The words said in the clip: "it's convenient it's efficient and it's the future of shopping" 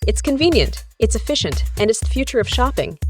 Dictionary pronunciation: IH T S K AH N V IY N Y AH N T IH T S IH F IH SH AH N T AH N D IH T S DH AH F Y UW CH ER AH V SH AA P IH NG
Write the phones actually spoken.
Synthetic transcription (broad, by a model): IH T S K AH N V IY N Y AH N T IH T S IH F IH SH AH N T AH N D IH T S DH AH F Y UW CH ER AH V SH AA P IH NG